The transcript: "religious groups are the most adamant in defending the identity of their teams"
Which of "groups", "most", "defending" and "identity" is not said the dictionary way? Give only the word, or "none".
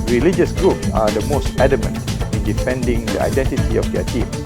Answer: none